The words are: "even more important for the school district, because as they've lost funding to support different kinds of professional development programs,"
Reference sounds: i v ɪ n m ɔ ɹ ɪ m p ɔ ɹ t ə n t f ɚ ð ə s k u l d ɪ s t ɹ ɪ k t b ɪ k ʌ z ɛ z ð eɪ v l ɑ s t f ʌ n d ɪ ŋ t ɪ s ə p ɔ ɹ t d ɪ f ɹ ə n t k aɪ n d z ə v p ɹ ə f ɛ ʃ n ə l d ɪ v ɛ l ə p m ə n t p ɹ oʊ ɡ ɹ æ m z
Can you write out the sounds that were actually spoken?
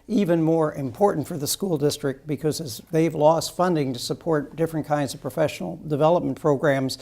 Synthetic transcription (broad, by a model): i v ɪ n m ɔ ɹ ɪ m p ɔ ɹ t n t f ɚ ð ə s k u l d ɪ s t ɹ ɪ k t b ɪ k ʌ z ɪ z ð eɪ v l ɑ s t f ʌ n d ɪ ŋ t ɪ s ə p ɔ ɹ t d ɪ f ɹ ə n k aɪ n d z ə v p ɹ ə f ɛ ʃ n l d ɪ v ɛ l ə p m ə n p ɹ oʊ ɡ ɹ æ m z